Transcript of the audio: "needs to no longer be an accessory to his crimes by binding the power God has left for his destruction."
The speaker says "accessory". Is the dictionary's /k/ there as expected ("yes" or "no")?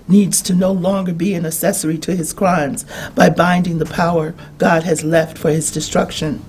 no